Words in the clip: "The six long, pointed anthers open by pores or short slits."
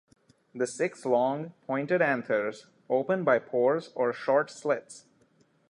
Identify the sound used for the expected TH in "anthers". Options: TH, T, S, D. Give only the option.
S